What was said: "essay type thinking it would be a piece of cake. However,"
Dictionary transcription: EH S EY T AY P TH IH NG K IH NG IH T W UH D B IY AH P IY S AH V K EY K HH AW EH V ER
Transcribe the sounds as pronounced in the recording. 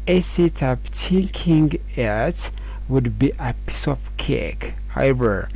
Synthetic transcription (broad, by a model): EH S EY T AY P T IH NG K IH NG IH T W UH D B IY AH P IY S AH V K EY K HH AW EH V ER